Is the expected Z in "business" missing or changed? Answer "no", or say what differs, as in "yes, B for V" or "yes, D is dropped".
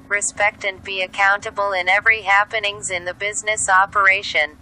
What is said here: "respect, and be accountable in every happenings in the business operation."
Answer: no